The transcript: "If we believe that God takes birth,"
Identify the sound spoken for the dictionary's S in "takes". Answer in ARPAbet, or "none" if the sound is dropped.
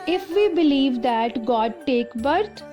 none